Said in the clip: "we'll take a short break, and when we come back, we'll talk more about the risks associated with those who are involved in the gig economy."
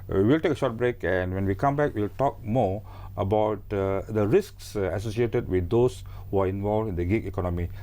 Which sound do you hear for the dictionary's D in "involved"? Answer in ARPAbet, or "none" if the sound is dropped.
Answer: none